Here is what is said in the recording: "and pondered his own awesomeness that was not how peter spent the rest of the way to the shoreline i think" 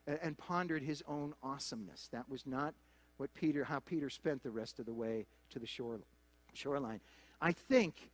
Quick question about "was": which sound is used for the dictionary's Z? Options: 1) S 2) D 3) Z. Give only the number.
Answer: 3